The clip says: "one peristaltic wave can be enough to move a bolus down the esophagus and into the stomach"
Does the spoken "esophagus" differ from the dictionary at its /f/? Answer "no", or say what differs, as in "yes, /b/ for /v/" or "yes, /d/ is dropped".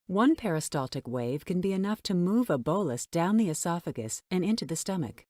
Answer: no